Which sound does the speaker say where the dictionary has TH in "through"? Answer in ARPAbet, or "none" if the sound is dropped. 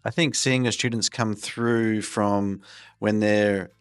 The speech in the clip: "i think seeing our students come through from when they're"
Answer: TH